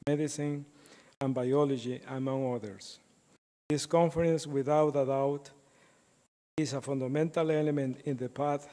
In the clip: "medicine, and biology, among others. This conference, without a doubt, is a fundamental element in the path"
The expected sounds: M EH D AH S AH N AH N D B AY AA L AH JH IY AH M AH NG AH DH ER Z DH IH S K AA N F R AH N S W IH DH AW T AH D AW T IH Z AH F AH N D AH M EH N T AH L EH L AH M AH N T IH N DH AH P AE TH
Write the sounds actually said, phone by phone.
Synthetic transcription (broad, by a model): M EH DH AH S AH N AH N B AY AA L AH JH IY AH M AH NG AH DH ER S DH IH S K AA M F R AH N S W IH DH AW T AH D AW T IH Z AH F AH N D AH M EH N T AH L EH L AH M AH N T IH N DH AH P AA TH